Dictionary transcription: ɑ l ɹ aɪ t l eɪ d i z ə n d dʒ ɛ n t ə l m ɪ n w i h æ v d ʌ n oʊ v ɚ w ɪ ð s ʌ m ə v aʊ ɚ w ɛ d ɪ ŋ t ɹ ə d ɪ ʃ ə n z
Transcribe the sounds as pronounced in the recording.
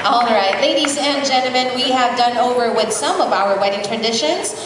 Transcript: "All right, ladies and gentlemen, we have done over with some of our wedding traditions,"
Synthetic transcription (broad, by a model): ɑ l ɹ aɪ t l eɪ d i z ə n dʒ ɛ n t l m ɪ n w i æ v d ʌ n oʊ v ɚ w ɪ ð s ʌ m ə v aʊ ɚ w ɛ d ɪ ŋ t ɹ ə d ɪ ʃ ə n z